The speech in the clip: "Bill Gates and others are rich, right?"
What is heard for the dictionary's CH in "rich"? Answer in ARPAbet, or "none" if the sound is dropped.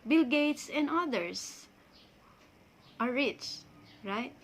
CH